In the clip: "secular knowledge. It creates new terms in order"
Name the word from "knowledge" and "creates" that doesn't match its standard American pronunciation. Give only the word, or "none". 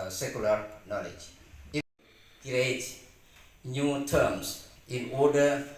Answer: creates